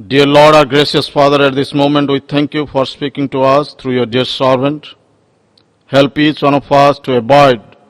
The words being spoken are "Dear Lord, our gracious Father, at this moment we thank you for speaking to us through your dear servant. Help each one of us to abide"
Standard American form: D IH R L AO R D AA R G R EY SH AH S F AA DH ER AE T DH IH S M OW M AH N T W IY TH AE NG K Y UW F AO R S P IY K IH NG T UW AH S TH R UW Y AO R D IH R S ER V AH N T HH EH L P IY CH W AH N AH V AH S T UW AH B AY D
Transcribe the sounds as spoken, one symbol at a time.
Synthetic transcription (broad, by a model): D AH R L AO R D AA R G R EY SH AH S F AA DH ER AE T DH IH S M OW M AH N T W IY T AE NG K Y UW F AO R S P IY K IH NG T UW AH S T R UW Y AO R D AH R S ER V AH N T HH EH L P IY CH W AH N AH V AH S T UW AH B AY D